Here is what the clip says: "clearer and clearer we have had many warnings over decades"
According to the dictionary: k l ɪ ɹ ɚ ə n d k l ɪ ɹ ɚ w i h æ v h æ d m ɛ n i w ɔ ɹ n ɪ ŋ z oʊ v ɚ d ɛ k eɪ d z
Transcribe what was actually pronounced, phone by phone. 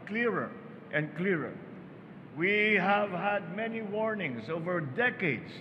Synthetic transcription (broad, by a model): k l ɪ ɹ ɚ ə n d k l ɪ ɹ ɚ w i h æ v h æ d m ɛ n i w ɔ ɹ n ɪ ŋ s oʊ v ɚ d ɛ k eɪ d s